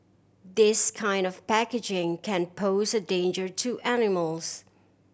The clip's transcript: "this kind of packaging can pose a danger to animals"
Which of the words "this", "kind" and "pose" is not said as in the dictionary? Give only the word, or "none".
none